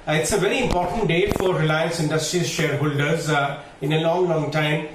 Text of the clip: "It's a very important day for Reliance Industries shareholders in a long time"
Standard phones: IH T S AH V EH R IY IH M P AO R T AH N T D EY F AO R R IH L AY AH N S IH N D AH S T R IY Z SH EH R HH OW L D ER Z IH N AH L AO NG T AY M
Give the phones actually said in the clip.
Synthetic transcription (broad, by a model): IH T S AH V EH R IY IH M P AO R T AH N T D EY F AO R R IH L AY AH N S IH N D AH S T R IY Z SH EH R HH OW L D ER Z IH N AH L AO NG T AY M